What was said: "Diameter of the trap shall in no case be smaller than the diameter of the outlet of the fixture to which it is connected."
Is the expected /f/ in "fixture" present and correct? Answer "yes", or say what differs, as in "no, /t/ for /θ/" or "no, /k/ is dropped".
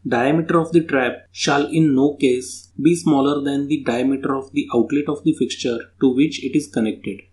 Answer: yes